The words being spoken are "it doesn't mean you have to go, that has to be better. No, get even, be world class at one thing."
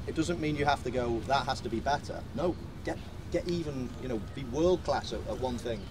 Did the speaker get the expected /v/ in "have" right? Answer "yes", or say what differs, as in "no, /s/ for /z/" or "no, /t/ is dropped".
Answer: no, /f/ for /v/